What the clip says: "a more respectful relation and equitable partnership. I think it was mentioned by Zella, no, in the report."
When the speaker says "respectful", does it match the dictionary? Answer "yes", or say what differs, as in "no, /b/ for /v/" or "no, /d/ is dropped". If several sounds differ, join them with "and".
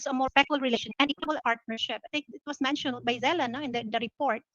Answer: no, /f/ is dropped